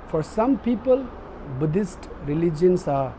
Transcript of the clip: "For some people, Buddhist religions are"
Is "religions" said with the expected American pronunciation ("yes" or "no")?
no